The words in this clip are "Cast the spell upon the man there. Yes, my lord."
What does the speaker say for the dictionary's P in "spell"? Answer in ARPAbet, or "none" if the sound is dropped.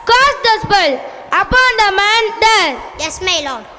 B